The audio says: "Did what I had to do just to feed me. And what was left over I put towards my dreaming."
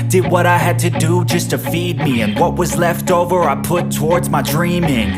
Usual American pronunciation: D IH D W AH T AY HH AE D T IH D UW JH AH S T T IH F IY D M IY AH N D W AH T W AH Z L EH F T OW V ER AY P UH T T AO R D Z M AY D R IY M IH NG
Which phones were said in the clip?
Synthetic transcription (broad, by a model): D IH D W AH T AY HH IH D T IH D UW JH AH S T T IH F IY D M IY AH N W AH T W AH Z L EH F T OW V ER AY P UH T T AO R D Z M AY D R IY M IH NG